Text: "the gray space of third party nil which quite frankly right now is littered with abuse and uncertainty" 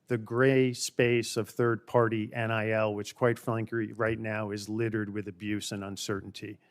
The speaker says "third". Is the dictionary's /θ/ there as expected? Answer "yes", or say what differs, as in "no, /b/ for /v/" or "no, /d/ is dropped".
yes